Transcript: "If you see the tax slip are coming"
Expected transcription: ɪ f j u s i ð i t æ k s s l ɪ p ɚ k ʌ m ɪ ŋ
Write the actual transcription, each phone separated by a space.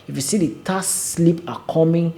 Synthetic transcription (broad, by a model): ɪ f j u s i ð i t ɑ s s l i p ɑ k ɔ m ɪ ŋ